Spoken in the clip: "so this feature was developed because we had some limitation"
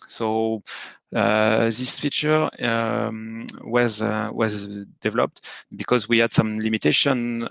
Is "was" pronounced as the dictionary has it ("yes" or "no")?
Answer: yes